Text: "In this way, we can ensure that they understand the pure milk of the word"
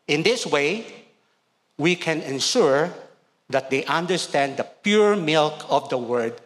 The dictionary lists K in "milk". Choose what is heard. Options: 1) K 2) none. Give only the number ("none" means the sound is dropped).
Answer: 1